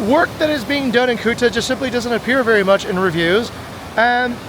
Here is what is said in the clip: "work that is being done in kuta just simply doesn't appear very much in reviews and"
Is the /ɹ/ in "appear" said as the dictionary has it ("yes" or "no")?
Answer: yes